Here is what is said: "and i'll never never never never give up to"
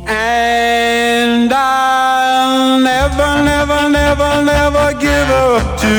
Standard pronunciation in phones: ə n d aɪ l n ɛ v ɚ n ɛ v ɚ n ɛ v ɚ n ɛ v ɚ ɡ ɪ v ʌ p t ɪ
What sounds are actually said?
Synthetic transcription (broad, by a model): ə n d aɪ l n ɛ v ɚ n ɛ v ɚ n ɛ v ɚ n ɛ v ɚ ɡ ɪ v ʌ p t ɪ